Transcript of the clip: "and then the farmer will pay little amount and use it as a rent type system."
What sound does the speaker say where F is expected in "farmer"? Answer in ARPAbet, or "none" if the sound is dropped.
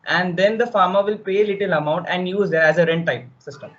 F